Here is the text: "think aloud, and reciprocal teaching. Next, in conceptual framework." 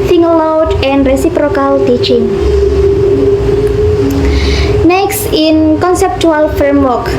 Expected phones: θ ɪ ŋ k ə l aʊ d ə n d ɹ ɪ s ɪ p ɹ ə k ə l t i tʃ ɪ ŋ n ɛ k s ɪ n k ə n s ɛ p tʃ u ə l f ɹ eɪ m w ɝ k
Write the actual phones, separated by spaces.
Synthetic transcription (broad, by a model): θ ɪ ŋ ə l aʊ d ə n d ɹ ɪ s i p ɹ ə k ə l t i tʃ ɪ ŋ n ɛ k s ɪ n k ə n s ɛ p tʃ u ə l f ɹ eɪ m w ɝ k